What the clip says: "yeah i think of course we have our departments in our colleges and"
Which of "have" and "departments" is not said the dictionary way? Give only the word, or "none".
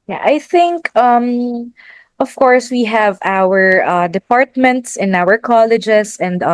none